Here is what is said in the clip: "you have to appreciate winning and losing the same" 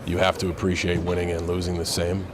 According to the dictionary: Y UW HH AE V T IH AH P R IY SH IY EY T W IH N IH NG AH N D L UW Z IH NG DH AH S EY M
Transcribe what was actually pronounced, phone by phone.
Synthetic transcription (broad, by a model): Y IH HH AE F T IH AH P R IY SH IY EY T W IH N IH NG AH N L UW Z IH NG DH AH S EY M